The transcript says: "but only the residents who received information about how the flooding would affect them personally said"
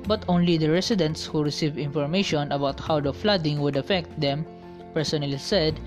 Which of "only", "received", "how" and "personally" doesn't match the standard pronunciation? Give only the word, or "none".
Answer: received